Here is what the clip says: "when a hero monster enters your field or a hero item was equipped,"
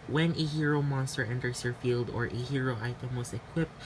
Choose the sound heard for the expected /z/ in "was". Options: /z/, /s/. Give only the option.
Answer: /s/